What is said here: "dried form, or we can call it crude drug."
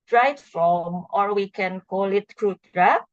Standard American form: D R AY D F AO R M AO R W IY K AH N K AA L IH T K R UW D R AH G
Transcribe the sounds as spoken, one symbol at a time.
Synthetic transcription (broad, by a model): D R AY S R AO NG AO R W IY K AH N K AA L IH T K R UW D R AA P